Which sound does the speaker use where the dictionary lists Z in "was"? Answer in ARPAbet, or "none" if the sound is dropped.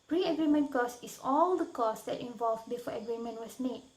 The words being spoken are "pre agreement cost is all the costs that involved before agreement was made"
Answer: S